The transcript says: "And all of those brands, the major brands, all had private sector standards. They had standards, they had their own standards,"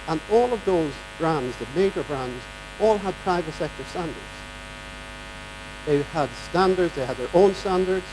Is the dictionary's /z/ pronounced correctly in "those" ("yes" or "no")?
yes